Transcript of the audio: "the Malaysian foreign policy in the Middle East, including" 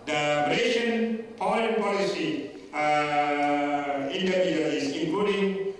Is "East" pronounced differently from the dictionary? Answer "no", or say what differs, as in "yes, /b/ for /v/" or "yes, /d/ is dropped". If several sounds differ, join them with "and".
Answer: yes, /t/ is dropped